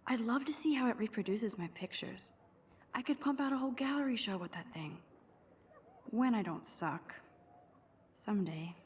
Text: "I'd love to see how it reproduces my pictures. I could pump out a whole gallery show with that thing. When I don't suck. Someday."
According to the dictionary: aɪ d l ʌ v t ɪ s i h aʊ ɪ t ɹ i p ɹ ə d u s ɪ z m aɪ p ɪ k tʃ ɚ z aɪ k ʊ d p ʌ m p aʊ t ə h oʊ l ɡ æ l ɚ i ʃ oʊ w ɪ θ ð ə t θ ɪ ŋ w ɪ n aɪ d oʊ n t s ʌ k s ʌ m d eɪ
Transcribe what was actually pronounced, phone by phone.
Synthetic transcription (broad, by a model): aɪ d l ʌ v t ɪ s i h aʊ ɪ t ɹ i p ɹ ə d u s ɪ z m aɪ p ɪ k tʃ ɚ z aɪ k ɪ d p ʌ m p aʊ t ə h oʊ l ɡ æ l ɚ i ʃ oʊ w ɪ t ð ə t θ ɪ ŋ w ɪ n aɪ d oʊ n t s ʌ k s ʌ m d eɪ